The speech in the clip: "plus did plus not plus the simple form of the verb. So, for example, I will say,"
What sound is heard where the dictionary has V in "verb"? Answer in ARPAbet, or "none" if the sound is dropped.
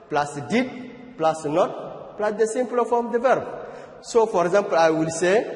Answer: V